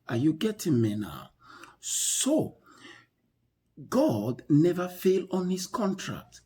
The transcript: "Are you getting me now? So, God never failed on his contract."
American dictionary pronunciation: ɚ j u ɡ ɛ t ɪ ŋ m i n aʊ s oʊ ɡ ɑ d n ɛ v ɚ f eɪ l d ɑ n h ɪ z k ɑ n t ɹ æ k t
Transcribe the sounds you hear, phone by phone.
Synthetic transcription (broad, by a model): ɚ j u ɡ ɛ t ɪ ŋ m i n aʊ s oʊ ɡ ɑ d n ɛ v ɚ f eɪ l ɑ n h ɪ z k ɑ n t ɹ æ k t